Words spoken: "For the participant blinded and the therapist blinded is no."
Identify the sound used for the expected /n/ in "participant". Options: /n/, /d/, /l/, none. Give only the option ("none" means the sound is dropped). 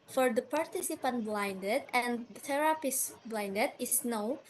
/n/